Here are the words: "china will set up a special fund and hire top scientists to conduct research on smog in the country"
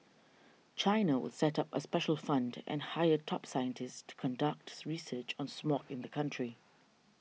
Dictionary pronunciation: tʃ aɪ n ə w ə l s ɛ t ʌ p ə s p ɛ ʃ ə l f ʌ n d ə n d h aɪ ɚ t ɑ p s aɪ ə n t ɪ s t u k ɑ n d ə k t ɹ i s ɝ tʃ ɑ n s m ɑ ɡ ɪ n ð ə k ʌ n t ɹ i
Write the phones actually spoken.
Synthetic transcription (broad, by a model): tʃ aɪ n ə w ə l s ɛ t ʌ p ə s p ɛ ʃ ə l f ʌ n d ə n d h aɪ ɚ t ɑ p s aɪ ə n t ɪ s t u k ɑ n d ə k t ɹ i s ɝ tʃ ɑ n s m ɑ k ɪ n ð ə k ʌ n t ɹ i